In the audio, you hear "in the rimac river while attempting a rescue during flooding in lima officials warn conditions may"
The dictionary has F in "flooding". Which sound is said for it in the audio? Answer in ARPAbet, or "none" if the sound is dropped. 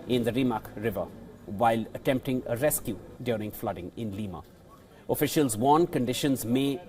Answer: F